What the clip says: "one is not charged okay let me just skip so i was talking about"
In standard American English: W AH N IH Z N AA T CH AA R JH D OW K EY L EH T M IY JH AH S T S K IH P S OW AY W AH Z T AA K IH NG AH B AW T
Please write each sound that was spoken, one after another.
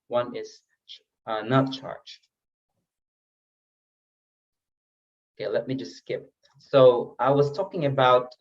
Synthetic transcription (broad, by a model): W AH N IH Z N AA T CH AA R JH OW K EY L EH T M IY JH AH S T S K IH P S OW AY W AH Z T AA K IH NG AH B AW T